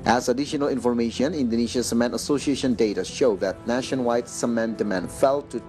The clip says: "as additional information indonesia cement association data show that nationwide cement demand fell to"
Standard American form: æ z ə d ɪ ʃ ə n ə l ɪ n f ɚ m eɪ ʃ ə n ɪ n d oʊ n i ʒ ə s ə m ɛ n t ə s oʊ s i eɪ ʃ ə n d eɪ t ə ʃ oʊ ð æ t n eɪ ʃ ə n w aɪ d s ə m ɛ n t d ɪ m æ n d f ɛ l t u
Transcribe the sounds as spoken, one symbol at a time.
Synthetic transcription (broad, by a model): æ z ə d ɪ ʃ ə n ə l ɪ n f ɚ m eɪ ʃ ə n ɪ n d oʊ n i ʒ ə s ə m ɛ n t ə s oʊ s i eɪ ʃ ə n d eɪ t ə ʃ oʊ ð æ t n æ ʃ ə n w aɪ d s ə m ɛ n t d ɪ m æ n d f ɛ l t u